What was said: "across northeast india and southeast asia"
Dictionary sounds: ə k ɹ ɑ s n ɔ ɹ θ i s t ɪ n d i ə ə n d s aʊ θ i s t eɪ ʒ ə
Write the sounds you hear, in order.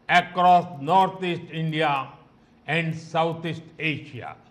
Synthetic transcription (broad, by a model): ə k ɹ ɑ s n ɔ ɹ t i s t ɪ n d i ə ə n d s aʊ t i s t eɪ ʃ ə